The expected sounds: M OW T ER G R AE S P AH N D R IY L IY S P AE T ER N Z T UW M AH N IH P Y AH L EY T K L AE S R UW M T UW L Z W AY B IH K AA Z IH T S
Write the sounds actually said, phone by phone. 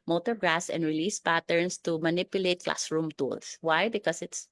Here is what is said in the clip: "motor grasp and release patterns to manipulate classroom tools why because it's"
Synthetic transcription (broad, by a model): M OW T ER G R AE S AH N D R IY L IY S P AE T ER N S T UW M AH N IH P Y AH L EY T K L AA S R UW M T UW L S W AY B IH K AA S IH T S